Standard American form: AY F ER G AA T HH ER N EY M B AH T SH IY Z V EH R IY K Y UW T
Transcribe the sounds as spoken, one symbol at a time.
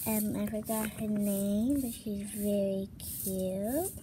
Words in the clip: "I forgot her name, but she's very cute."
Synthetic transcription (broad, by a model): AY F ER G AA T HH ER N EY M B AH T SH IY Z V EH R IY K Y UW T